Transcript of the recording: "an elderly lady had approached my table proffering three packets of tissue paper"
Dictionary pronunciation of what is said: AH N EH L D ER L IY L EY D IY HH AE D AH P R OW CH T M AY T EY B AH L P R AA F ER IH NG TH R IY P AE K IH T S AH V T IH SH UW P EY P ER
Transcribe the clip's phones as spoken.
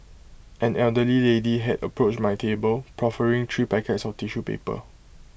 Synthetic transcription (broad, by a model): AH N EH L D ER L IY L EY D IY HH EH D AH P R OW CH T M AY T EY B AH L P R AA F ER IH NG T R IY P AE K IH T S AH F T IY SH UW P EY P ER